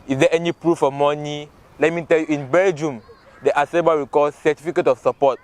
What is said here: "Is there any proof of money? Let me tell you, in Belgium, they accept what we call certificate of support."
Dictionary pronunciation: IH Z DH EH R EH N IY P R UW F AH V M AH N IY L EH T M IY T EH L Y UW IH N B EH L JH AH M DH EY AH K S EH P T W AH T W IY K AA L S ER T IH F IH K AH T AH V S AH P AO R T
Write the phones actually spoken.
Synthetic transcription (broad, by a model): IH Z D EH EH N IY P R UW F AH M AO N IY L EH T M IY T EH L Y UW IH N B EH L JH AH M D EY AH S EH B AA W IY K AA L S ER T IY F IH K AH T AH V S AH P AO T